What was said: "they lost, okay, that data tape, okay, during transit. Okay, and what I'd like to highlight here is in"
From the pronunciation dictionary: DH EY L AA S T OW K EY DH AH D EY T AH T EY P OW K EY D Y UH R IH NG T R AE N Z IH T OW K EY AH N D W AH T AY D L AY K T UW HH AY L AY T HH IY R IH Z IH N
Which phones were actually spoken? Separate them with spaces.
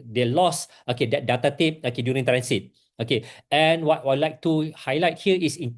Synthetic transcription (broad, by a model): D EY L AA S OW K EY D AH D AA T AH T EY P OW K EY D Y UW R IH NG T R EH N S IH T OW K EY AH N W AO T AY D L AY K T UW HH AY L AY T HH IY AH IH S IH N